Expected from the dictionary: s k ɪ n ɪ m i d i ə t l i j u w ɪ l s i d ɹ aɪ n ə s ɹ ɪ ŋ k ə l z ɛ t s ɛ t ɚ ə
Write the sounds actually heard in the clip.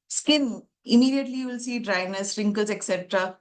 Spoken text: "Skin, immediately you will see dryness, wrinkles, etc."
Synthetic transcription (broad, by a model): s k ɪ n ɪ m i d i ə t l i j u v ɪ l s i d ɹ aɪ n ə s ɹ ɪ ŋ k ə z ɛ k s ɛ t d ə